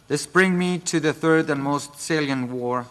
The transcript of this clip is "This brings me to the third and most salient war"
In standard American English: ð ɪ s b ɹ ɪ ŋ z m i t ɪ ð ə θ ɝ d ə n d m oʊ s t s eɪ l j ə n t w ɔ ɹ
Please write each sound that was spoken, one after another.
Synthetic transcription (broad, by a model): ð ɪ s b ɹ ɪ ŋ m i t ɪ ð ə θ ɝ d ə n m oʊ s t s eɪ l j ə n w ɔ ɹ